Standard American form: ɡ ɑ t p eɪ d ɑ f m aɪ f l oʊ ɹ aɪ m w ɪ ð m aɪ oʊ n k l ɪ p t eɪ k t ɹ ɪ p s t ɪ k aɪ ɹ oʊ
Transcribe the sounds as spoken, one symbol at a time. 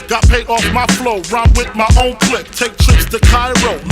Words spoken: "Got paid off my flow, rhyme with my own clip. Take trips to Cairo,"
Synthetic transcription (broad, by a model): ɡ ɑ t p eɪ d ɑ f m aɪ f l oʊ ɹ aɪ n w ɪ ð m aɪ oʊ n k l ɪ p t eɪ k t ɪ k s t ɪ k aɪ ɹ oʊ